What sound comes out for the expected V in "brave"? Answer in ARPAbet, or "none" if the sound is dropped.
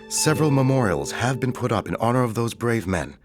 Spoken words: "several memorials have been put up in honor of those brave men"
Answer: V